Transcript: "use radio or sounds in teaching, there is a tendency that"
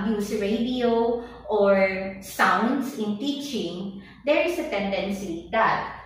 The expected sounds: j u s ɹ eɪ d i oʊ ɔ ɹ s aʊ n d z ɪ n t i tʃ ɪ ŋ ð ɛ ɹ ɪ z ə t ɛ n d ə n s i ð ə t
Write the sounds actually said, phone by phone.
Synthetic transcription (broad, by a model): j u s ɹ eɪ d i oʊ ɔ ɹ s aʊ n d s ɪ n t i tʃ ɪ ŋ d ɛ ɹ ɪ s ə t ɛ n d ə n s i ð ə t